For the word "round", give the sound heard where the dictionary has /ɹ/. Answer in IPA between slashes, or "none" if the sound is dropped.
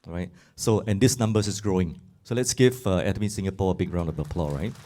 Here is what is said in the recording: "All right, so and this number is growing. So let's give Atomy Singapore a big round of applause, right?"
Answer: /ɹ/